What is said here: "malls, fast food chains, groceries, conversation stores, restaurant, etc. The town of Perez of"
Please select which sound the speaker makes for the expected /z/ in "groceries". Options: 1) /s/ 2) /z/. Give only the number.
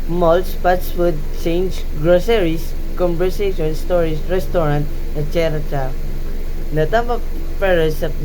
1